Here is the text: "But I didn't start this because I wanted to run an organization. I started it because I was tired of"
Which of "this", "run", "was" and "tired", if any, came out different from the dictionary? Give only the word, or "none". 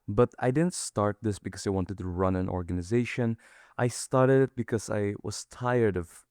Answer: none